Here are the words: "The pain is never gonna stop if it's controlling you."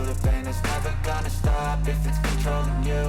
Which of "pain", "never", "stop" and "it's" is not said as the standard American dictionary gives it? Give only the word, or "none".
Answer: pain